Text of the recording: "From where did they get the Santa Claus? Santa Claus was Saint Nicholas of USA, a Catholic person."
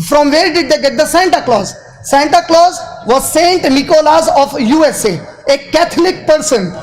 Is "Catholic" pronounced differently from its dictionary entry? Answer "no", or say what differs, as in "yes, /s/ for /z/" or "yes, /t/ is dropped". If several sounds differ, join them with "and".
yes, /t/ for /θ/